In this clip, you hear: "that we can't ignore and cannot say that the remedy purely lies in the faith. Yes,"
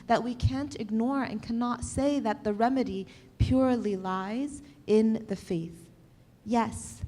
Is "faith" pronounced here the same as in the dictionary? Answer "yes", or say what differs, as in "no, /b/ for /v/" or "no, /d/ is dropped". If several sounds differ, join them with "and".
yes